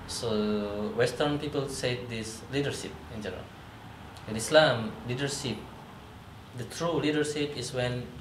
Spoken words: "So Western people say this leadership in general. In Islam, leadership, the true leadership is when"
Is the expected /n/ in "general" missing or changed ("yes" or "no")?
yes